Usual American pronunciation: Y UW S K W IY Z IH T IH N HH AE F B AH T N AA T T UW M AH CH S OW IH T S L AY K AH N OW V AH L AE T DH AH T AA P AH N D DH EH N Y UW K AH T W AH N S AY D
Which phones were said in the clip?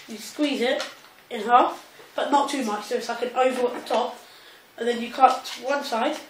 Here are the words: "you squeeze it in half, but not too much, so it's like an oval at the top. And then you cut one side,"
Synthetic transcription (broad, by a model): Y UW S K W IY Z IH T IH N HH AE F B AH T N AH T T UW M AH CH S OW IH T S L AY K AH N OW V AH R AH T DH AH T AA P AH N DH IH N Y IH K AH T W AH N S AY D